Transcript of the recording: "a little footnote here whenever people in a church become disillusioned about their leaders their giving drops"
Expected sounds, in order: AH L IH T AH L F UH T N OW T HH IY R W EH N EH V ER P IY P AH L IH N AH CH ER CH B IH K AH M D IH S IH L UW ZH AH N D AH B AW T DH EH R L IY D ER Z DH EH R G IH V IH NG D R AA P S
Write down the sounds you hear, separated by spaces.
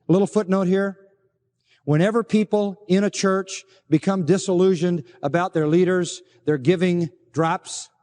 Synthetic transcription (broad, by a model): L IH T L F UH T N OW T HH IY R W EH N EH V ER P IY P L IH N AH CH ER CH B IH K AH M D IH S IH L UW ZH AH N D AH B AW T DH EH R L IY D ER Z DH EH R G IH V IH NG D R AA P S